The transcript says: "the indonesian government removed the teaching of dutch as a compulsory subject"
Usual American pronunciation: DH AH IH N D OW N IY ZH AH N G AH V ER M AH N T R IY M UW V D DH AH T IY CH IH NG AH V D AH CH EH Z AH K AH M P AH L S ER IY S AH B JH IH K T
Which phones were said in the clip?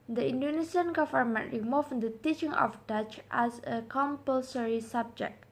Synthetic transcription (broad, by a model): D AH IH N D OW N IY S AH N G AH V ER M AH N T R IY M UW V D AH T IY CH IH NG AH F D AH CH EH S AH K AH M P AH L S ER IY S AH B JH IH K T